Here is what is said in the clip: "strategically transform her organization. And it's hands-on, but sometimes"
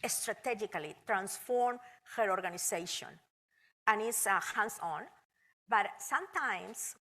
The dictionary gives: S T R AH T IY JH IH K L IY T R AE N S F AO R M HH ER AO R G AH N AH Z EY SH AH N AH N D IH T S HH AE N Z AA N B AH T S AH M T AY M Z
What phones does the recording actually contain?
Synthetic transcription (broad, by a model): S T R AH T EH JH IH K L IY T R AE N S F AO R M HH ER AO R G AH N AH S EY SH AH N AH N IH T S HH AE N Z AA N B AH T S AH M T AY M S